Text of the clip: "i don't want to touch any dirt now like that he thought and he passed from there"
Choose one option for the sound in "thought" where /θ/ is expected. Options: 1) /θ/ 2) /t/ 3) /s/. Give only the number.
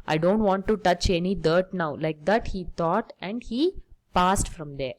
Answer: 2